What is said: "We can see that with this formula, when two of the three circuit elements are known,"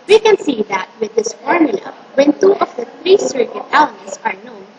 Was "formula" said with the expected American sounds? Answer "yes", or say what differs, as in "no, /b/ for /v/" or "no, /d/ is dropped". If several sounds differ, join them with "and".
yes